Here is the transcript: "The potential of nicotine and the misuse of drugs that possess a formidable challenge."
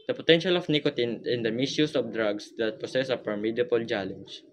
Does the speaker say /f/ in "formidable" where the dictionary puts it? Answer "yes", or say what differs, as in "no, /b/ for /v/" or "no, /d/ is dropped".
no, /p/ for /f/